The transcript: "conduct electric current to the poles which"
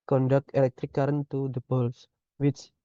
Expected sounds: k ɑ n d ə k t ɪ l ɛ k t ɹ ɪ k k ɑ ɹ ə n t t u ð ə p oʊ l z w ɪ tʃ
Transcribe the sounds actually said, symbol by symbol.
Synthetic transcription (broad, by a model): k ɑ n d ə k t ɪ l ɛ k t ɹ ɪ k k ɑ ɹ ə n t t u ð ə b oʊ l s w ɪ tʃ